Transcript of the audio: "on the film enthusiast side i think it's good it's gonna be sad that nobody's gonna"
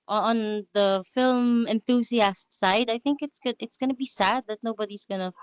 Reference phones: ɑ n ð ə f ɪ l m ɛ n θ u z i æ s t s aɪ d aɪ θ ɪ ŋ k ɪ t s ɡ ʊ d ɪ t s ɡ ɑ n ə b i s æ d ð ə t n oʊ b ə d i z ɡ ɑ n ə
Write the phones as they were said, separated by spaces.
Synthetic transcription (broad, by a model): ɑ n ð ə f ɪ l m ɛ n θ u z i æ s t s aɪ d aɪ θ ɪ ŋ k ɪ t s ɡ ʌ ɪ t s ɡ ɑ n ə b i s æ d ð ə t n oʊ b ə d i z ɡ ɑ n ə